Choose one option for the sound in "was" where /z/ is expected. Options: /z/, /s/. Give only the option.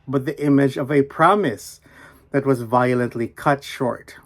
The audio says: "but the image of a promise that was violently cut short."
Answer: /z/